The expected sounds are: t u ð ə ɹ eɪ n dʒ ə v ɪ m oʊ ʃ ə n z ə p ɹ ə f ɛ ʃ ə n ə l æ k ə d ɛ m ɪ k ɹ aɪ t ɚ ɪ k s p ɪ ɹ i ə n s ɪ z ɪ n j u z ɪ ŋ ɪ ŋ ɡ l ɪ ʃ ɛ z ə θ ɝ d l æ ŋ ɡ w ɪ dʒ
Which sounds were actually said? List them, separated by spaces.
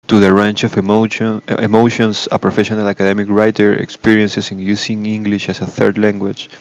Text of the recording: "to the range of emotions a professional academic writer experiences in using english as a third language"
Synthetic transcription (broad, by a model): t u ð ə ɹ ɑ n tʃ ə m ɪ m oʊ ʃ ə n s ə p ɹ ə f ɛ ʃ ə n ə l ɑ k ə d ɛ m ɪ k ɹ aɪ t ɚ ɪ k s p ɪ ɹ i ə n s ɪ s ɪ n j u s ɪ ŋ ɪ ŋ ɡ l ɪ ʃ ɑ s ə θ ɝ d l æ ŋ ɡ w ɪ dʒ